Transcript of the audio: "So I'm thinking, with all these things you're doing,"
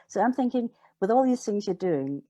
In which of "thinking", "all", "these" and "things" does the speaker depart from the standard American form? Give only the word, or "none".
none